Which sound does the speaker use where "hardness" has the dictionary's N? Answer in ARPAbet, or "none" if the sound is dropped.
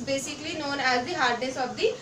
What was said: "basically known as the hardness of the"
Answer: none